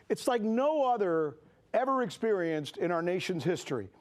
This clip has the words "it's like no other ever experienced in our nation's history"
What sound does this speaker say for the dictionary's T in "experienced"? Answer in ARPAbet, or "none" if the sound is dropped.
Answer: T